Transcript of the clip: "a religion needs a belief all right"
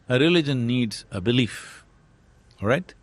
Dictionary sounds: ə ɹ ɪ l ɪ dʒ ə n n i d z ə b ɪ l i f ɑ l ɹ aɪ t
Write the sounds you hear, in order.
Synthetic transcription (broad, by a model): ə ɹ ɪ l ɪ dʒ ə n n i d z ə b ɪ l i f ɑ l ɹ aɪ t